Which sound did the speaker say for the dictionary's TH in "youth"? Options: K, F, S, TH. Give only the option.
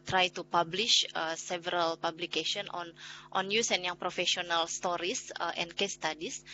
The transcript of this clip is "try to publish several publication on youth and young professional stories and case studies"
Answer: S